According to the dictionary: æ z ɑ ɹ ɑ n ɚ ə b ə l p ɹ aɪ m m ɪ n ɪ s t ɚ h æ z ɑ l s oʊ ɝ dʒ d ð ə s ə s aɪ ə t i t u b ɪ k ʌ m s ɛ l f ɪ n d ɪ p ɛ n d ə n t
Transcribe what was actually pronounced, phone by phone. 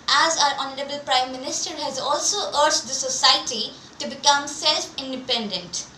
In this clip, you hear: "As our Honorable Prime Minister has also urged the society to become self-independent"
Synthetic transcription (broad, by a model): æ z ɑ ɹ ɑ n ɚ ə b ə l p ɹ aɪ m m ɪ n ɪ s t ɚ h æ z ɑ l s oʊ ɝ dʒ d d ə s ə s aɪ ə t i t u b ɪ k ʌ m s ɛ l f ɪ n d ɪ p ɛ n d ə n t